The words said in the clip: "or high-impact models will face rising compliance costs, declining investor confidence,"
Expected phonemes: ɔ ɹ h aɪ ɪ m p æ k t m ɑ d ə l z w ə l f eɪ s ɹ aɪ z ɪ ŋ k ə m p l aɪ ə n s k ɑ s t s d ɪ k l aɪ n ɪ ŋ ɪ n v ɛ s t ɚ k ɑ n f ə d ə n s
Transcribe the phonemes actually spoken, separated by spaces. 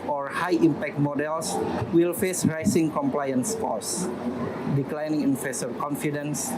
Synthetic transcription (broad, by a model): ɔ ɹ h aɪ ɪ m p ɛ k t m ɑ d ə l s w ə l f eɪ s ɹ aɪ s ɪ ŋ k ə m p l aɪ ə n s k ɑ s s d ɪ k l aɪ n ɪ ŋ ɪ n f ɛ s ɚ k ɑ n f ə d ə n s